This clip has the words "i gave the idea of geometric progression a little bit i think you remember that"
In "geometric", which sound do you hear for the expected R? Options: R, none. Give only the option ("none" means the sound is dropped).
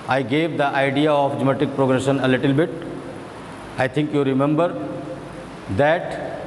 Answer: none